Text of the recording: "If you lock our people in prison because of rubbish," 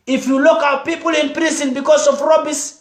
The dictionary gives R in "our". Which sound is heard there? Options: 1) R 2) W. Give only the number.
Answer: 2